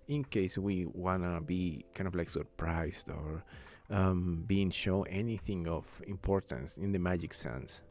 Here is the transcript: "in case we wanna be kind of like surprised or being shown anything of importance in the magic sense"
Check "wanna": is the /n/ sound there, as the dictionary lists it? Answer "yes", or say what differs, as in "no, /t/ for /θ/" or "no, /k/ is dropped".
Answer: yes